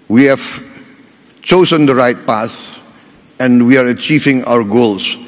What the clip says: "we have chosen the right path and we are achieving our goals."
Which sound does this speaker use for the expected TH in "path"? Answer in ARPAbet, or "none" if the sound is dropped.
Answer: S